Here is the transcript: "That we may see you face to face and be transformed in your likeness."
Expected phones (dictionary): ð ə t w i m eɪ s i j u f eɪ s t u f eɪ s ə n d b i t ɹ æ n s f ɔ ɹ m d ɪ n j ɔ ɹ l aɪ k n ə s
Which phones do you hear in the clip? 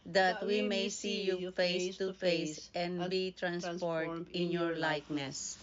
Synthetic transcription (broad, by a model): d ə t w i m eɪ s i j u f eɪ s t u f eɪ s ə n d b i t ɹ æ n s p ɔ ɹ d ɪ n j ɔ ɹ l aɪ k n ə s